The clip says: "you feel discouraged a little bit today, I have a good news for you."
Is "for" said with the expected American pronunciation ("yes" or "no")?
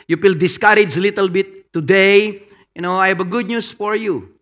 yes